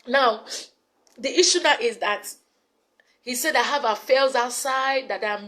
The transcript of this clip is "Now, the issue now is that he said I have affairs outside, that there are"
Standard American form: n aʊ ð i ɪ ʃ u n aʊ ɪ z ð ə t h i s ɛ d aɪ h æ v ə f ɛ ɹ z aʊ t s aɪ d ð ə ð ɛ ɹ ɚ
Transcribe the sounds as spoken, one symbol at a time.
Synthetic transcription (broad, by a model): n aʊ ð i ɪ ʃ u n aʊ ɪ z ð ə t h i s ɛ d aɪ h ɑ v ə f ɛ l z aʊ t s aɪ d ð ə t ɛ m